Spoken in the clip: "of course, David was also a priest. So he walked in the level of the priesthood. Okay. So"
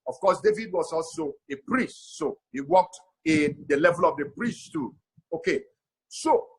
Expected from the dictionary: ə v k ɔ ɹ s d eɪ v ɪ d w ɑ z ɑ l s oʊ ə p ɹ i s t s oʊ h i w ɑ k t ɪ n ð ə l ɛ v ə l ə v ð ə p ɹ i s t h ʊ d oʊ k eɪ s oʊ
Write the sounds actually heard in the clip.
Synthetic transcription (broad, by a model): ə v k ɔ s d eɪ v ɪ d w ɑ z ɑ l s oʊ ə p ɹ i s t s oʊ h i w ɑ k t ɪ n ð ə l ɛ v ə l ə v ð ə p ɹ i s t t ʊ oʊ k eɪ s oʊ